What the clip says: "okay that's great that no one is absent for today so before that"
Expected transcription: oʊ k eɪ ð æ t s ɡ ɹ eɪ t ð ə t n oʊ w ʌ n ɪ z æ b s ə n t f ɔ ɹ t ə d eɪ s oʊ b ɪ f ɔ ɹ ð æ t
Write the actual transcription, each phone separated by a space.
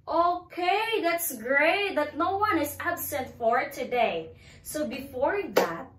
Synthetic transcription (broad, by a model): oʊ k eɪ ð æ t s ɡ ɹ eɪ t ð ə t n oʊ w ʌ n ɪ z æ b s ə n t f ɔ ɹ t ə d eɪ s oʊ b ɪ f ɔ ɹ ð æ t